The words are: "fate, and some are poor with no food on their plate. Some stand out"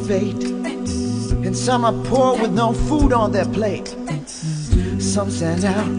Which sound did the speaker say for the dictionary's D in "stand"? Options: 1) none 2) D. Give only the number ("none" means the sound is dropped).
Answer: 1